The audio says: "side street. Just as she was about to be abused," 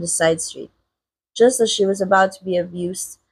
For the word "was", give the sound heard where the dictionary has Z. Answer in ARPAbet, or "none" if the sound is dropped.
Z